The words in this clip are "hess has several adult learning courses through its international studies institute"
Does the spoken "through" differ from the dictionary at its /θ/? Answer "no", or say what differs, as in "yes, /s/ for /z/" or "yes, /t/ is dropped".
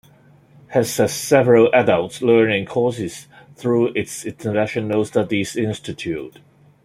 no